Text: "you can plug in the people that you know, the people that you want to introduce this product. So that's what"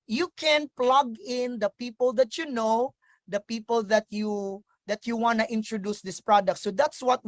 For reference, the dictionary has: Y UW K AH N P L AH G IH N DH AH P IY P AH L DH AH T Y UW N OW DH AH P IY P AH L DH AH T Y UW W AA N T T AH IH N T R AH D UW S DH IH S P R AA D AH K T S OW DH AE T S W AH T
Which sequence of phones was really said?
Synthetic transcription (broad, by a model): Y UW K AH N P L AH G IH N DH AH P IY P AH L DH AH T Y UW N OW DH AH P IY P AH L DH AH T Y UW W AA N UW T IH N T R AH D UW S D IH S P R AA D AH K T S OW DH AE T S W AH T